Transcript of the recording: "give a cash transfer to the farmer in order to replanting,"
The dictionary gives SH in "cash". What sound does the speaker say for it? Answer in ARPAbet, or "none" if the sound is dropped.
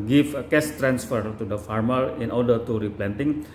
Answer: S